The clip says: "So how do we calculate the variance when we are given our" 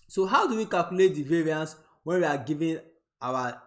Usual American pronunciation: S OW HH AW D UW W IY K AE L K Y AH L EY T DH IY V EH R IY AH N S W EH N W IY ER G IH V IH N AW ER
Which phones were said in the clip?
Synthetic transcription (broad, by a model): S OW HH AW D UW W IY K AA L K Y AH L EY T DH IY V EH R IY AH N S W EH N W IY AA G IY V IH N AW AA